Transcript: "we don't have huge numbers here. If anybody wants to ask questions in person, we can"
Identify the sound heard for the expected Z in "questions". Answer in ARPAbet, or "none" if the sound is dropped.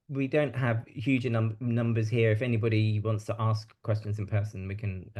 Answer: Z